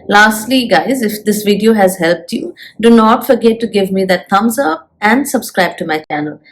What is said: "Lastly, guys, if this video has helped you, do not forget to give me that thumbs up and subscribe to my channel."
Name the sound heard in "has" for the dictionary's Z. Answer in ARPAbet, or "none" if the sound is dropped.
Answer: Z